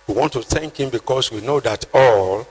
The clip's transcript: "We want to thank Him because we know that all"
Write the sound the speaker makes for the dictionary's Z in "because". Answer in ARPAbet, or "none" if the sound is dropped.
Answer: S